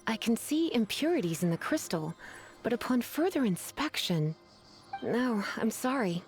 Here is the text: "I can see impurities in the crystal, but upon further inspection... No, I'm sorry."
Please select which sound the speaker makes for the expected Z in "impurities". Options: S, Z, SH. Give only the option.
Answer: Z